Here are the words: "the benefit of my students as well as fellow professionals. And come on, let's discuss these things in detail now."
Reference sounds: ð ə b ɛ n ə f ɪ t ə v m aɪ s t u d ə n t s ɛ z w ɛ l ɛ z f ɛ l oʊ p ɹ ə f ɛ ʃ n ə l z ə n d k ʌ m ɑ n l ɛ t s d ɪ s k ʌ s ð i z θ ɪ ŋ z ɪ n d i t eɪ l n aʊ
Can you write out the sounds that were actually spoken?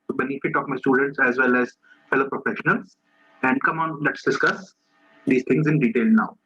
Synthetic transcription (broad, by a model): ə b ɛ n ə f ɪ t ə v m aɪ s t u d ə n t s ɛ z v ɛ l ɛ z f ɛ l oʊ p ɹ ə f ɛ ʃ n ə l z ə n d k ʌ m ɑ n l ɛ t s d ɪ s k ʌ s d i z t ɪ ŋ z ɪ n d i t eɪ l n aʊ